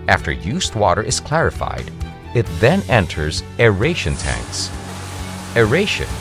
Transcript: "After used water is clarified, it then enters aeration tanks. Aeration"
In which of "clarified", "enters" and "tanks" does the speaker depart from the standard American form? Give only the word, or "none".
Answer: none